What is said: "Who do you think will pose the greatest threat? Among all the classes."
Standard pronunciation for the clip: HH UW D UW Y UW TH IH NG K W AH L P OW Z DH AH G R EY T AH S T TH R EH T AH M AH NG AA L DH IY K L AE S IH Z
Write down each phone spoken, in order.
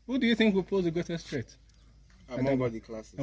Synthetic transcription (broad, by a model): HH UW D UW Y UW TH IH NG K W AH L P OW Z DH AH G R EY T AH S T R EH T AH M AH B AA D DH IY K L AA S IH